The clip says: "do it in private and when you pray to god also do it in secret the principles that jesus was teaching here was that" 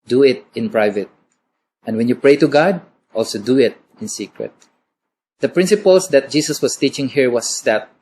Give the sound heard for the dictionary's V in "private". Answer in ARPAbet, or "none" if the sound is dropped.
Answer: V